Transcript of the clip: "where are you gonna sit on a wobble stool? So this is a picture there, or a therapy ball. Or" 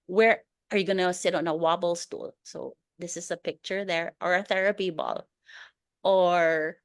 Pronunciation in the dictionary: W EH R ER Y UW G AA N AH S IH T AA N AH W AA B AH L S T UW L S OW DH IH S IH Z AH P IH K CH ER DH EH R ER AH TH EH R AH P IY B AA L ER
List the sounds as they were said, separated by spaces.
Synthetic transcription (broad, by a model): W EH R ER Y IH G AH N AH S IH T N AH W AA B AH L S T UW L S OW DH IH S IH Z AH P IH K CH ER DH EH R ER AH TH EH R AH P IY B AA L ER